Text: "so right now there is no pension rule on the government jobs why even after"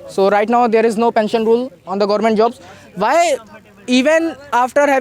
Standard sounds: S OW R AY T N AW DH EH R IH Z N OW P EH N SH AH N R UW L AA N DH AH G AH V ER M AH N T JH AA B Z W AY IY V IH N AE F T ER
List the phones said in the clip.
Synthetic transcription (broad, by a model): S OW R AY T N AW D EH R IH Z N OW P EH N SH AH N R UW L AA N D AH G AH V ER M AH N T JH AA B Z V AY IY V IH N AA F T ER